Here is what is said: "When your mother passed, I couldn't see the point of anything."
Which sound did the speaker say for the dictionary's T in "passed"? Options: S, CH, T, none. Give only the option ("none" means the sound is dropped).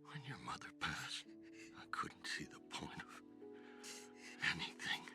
T